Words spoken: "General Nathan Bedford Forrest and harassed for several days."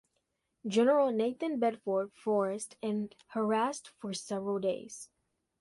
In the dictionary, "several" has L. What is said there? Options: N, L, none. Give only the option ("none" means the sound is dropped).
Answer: L